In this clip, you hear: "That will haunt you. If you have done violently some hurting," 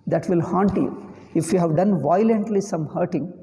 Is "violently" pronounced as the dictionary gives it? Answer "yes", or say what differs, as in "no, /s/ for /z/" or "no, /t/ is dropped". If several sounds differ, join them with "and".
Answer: yes